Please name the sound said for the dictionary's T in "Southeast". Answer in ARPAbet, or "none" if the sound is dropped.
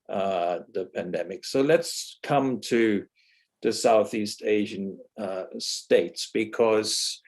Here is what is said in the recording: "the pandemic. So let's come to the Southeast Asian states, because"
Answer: T